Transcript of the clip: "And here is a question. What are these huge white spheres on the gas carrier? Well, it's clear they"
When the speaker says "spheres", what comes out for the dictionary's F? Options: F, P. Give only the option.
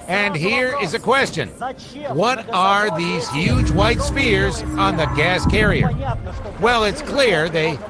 P